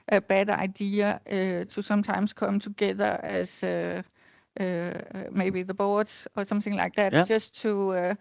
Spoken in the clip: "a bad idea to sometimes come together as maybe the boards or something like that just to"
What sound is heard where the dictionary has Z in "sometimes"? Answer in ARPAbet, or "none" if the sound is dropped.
S